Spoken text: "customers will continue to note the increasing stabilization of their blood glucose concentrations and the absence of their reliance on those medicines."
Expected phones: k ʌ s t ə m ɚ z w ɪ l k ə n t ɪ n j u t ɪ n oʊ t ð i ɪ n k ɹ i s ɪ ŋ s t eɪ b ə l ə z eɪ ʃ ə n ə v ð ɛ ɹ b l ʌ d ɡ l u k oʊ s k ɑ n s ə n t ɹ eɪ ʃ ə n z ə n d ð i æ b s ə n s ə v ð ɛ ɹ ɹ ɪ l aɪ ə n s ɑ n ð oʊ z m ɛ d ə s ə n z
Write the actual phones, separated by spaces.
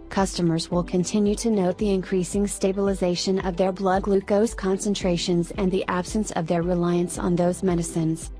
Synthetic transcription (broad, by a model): k ʌ s t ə m ɚ z w ɪ l k ə n t ɪ n j u t ɪ n oʊ t ð i ɪ n k ɹ i s ɪ ŋ s t eɪ b ə l ə z eɪ ʃ ə n ə v ð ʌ ɹ b l ʌ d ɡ l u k oʊ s k ɑ n s ə n t ɹ eɪ ʃ ə n z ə n ð i æ b s ə n s ə v ð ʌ ɹ ɹ ɪ l aɪ ə n s n ð oʊ z m ɛ d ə s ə n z